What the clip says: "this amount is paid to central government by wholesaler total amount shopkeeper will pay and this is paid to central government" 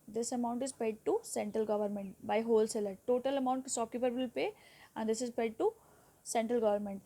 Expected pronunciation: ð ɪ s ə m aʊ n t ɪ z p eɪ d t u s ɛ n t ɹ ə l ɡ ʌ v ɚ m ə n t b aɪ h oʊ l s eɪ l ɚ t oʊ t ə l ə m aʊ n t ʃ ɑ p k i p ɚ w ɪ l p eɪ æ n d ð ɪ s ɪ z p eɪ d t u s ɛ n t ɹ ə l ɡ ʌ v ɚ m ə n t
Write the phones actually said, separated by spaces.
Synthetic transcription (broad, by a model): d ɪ s ə m aʊ n t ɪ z p eɪ d t u s ɛ n t ɹ ə l ɡ ʌ v ɚ m ə n t b aɪ h oʊ l s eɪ l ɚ t oʊ t ə l ə m aʊ n t s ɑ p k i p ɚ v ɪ l p eɪ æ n d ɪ s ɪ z p eɪ d t u s ɛ n t ɹ ə l ɡ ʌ v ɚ m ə n t